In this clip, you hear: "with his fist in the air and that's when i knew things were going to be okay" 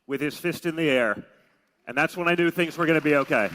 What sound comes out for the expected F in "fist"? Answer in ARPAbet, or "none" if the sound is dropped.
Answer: F